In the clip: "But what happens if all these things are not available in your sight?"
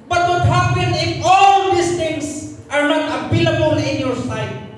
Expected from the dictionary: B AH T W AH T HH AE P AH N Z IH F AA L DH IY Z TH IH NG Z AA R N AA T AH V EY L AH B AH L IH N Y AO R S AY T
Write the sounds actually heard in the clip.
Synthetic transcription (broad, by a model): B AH T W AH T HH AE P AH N IH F AA L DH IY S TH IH NG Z AA R N AA T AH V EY L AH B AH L IH N Y AO R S AY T